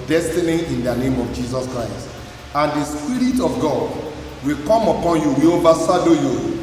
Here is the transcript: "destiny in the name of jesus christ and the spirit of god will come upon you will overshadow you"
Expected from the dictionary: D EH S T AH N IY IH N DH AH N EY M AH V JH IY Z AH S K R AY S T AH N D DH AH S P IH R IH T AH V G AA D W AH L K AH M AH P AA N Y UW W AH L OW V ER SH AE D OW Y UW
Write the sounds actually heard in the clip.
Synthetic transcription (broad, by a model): D EH S T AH N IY IH N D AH N EY M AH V JH IY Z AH S K R AY S T AH N D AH S P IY R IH T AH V G AA D W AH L K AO M AH P AA N Y UW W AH OW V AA S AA D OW Y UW